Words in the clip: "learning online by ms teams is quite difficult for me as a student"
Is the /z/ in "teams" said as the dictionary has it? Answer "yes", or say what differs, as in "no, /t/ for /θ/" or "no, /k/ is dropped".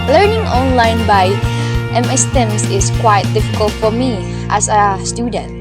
no, /s/ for /z/